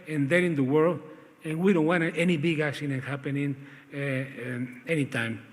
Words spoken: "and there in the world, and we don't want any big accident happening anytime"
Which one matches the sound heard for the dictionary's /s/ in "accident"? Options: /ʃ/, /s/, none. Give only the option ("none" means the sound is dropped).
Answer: /ʃ/